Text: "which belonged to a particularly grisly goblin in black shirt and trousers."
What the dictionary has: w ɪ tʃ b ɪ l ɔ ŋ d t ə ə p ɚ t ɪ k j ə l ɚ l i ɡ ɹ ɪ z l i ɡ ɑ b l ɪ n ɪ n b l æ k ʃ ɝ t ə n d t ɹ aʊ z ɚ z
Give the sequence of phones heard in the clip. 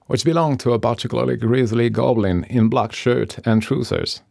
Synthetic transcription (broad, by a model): w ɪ tʃ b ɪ l ɔ ŋ t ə ə b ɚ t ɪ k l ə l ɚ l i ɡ ɹ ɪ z l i ɡ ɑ b l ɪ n ɪ n b l æ k ʃ ɝ t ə n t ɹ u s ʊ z